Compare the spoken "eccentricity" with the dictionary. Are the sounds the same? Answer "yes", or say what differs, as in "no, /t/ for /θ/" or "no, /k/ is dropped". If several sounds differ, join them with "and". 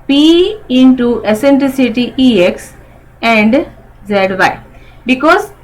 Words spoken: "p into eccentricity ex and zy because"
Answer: no, /k/ is dropped